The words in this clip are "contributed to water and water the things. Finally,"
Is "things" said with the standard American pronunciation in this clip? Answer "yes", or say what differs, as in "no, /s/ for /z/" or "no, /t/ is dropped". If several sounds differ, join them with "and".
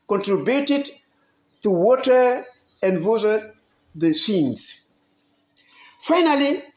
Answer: no, /s/ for /θ/